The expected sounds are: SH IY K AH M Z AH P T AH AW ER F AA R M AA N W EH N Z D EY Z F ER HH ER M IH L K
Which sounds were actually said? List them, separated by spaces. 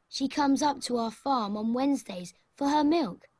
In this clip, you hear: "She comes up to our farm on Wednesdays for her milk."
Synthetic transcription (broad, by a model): SH IY K AH M Z AH P T AH AW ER F AA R M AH N W EH N Z D EY Z F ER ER M IH L K